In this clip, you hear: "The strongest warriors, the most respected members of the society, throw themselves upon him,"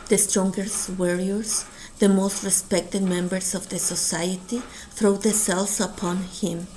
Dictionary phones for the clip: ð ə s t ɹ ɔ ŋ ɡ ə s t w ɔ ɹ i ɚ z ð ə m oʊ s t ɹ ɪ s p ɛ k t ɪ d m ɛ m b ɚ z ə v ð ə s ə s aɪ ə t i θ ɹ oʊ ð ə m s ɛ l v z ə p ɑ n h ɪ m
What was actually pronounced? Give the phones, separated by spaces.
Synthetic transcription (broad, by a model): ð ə s t ɹ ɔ ŋ ɡ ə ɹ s w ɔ ɹ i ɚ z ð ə m oʊ s t ɹ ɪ s p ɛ k t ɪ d m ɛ m b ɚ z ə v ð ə s ə s aɪ ə t i θ ɹ oʊ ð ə s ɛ l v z ə p ɑ n h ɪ m